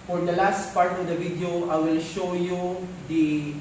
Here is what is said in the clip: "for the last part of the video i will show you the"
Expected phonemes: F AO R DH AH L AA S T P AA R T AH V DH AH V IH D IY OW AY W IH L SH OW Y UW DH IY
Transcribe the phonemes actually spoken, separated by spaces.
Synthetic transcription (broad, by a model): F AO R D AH L AA S T P AA R T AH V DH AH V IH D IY OW AY W IH L SH OW Y UW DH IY